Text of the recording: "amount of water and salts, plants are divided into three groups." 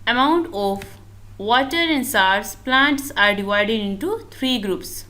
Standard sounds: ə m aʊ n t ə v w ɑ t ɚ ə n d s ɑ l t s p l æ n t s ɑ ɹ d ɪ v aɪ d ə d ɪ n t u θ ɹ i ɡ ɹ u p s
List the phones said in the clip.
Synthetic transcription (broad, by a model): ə m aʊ n t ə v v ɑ t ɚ ə n d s ɑ t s p l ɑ n t s ɑ ɹ d ɪ v aɪ d ə d ɪ n t u t ɹ i ɡ ɹ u p s